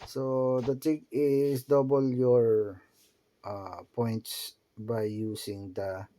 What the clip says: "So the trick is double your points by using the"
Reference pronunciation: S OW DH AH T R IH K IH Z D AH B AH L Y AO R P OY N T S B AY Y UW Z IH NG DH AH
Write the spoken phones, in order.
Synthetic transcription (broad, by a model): S OW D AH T IH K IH S D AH B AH L Y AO R P OY N T S B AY Y UW S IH NG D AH